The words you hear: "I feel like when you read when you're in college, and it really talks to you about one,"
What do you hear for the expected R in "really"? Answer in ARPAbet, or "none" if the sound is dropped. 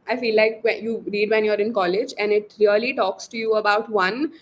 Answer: L